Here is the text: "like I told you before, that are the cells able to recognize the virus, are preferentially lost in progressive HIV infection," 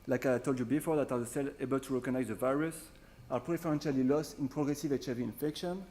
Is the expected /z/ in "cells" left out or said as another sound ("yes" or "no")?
yes